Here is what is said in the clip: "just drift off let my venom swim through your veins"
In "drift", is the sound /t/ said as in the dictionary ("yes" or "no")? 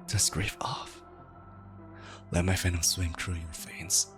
no